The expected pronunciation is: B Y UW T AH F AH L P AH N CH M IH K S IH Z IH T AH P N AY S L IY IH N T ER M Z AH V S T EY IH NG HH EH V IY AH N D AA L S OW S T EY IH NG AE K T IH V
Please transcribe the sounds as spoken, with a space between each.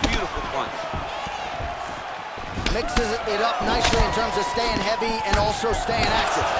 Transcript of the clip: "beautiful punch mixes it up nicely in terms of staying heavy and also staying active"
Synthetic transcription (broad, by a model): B Y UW T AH F L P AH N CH M IH K S IH Z IH T AH P N AY S L IY IH N T ER M Z AH V S T EY IH NG HH EH V IY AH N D AA L S OW S T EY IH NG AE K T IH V